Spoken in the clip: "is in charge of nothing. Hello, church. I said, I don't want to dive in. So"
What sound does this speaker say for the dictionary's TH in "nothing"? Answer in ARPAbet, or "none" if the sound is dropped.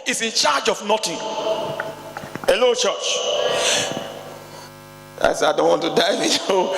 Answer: T